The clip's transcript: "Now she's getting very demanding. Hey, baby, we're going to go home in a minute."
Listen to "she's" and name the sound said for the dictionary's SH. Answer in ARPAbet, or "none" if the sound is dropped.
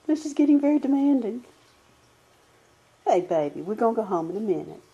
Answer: S